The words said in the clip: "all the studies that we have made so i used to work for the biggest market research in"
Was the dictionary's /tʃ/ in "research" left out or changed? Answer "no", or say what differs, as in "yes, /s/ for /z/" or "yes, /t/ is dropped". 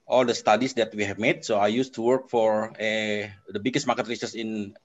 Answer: yes, /s/ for /tʃ/